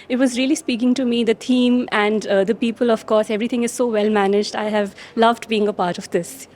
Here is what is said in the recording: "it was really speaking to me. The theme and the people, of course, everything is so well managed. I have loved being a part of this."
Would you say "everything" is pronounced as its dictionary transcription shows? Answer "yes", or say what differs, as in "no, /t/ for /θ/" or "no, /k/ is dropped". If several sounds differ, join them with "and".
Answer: no, /t/ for /θ/